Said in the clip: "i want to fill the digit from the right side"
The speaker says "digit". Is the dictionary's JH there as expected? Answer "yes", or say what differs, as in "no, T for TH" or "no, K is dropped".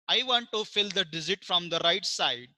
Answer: no, Z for JH